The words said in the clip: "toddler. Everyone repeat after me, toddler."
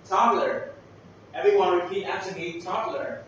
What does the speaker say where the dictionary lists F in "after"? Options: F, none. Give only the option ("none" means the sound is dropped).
none